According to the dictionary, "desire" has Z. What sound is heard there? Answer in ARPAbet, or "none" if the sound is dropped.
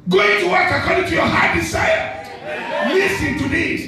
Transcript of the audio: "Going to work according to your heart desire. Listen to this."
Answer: S